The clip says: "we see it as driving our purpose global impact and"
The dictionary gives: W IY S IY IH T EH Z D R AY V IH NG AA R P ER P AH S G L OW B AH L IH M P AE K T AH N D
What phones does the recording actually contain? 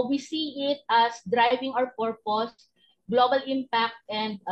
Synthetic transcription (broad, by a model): W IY S IY IH T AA S D R AY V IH NG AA W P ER P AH S G L OW B AH L IH M P AE K T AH N D